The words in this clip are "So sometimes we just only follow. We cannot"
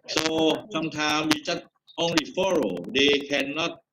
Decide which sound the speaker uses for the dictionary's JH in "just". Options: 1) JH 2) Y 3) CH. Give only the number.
3